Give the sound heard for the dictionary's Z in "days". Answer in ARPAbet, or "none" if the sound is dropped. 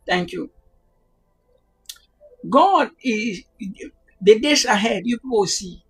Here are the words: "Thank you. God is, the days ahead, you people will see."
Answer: S